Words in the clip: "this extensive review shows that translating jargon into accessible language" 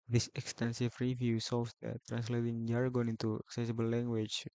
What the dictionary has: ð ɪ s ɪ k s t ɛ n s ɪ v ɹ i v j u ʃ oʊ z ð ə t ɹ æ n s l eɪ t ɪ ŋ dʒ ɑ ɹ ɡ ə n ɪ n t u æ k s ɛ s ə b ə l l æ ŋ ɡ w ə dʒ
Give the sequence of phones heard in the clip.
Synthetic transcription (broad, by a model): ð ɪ s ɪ k s t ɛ n s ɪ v ɹ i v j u s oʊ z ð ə t ɹ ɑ n s l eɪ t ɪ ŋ dʒ ɑ ɹ ɡ ə n ɪ n t u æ k s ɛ s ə b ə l l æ ŋ ɡ w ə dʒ